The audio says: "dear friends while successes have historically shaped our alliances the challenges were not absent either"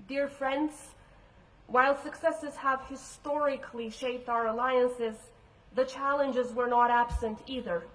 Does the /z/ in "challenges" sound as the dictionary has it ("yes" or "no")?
yes